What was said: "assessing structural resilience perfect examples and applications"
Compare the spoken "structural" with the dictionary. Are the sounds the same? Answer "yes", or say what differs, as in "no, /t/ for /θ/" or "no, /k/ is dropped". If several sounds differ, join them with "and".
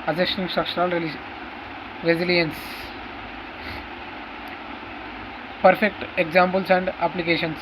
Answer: no, /ʃ/ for /tʃ/